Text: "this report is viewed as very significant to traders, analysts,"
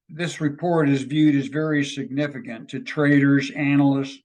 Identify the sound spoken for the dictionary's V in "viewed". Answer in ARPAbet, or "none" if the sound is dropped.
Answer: V